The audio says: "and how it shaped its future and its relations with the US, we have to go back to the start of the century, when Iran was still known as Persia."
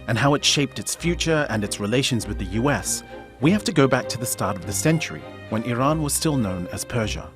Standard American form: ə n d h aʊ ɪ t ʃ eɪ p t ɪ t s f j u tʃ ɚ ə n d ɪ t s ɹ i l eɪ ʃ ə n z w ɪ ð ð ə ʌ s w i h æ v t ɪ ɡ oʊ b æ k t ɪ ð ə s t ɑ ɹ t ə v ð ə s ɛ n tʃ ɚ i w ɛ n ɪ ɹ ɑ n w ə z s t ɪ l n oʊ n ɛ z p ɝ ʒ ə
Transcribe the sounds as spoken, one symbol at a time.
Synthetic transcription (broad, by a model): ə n h aʊ ɪ t ʃ eɪ p t ɪ t s f j u tʃ ɚ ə n ɪ t s ɹ i l eɪ ʃ ə n z w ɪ ð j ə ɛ s w i h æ f t ɪ ɡ oʊ b æ k t ɪ ð ə s t ɑ ɹ t ə v ð ə s ɛ n tʃ ɚ i w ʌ n ɪ ɹ ɑ n w ə z s t ɪ l n oʊ n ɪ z p ɝ ʒ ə